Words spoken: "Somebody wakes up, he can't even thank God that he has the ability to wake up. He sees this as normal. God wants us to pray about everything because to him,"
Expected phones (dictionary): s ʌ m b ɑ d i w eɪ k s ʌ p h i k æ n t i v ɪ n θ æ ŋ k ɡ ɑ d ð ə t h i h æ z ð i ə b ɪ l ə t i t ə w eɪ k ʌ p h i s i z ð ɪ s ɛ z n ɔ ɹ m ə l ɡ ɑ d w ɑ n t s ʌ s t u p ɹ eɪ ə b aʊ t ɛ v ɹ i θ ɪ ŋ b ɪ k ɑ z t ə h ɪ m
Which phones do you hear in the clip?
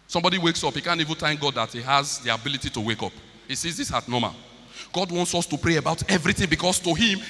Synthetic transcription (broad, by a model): s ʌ m b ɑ d i w eɪ k s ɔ p h i k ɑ n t i v ɪ n t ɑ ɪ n ɡ ɑ d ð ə t h i h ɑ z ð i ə b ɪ l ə t i t ə w eɪ k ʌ p h i s i z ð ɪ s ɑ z n ɔ m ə l ɡ ɑ d w ɑ n t s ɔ s t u p ɹ eɪ ə b aʊ t ɛ v ɹ i θ ɪ ŋ b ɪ k ɑ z t ə h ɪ m